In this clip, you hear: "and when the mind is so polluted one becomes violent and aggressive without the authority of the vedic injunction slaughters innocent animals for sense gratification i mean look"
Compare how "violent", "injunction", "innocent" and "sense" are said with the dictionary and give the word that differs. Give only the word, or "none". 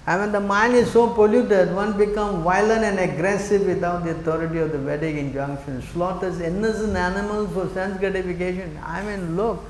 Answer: innocent